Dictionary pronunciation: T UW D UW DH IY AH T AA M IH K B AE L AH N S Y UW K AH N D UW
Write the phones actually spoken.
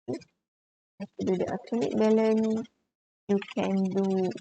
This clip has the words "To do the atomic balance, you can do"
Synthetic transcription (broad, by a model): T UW D UW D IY AH T AA M IH K B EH L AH N Y UW K AH N D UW